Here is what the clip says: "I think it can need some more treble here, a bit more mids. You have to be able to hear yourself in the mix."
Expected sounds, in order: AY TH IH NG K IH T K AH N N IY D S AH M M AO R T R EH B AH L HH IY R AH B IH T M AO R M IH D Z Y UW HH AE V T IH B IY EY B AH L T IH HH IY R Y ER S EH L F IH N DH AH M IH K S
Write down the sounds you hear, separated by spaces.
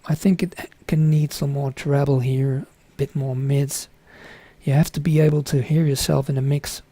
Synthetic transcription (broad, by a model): AY TH IH NG K IH T K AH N N IY D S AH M M AO R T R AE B L HH IY R AH B IH T M AO R M IH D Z Y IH HH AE F T IH B IY EY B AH L T IH HH IY R Y ER S EH L F IH N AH M IH K S